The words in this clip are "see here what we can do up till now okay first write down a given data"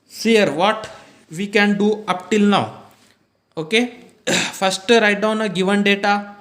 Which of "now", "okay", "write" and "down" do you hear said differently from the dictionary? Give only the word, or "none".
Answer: none